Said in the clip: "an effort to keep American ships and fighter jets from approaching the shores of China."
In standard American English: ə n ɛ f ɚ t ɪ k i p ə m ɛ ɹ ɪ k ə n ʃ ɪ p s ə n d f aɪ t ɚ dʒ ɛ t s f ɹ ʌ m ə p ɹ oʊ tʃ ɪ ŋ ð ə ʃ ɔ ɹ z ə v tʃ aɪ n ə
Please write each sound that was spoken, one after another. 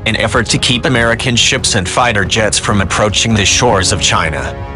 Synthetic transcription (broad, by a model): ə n ɛ f ɚ t ɪ k i p ə m ɛ ɹ ɪ k ə n ʃ ɪ p s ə n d f aɪ t ɚ dʒ ɛ t s f ɹ ʌ m ə p ɹ oʊ tʃ ɪ ŋ ð ə ʃ ɔ ɹ z ə v tʃ aɪ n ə